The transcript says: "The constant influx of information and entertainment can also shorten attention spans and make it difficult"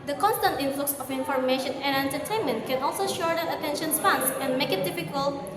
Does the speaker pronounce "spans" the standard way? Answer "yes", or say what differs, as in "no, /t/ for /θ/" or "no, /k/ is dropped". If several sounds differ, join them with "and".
no, /f/ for /p/